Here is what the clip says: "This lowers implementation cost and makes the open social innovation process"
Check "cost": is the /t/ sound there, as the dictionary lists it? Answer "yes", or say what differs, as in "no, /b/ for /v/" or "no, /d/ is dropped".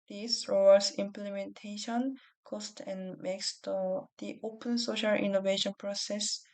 yes